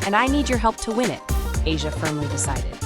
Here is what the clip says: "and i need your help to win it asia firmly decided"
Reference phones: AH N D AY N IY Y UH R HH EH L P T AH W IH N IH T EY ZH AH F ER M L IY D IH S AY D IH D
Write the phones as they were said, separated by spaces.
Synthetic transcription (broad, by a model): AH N AY N IY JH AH R HH EH L P T AH W IH N IH T EY ZH AH F ER M L IY D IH S AY D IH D